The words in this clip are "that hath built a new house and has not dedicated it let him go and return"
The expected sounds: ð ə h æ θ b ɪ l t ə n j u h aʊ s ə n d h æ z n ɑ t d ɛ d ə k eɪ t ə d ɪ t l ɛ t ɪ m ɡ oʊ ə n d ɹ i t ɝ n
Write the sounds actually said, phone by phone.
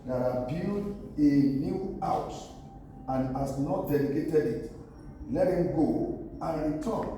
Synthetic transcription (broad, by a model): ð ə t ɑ b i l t ə n j u aʊ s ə n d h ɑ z n ɑ t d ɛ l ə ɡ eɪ t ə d ɪ t l ɛ t ɪ m ɡ oʊ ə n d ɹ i t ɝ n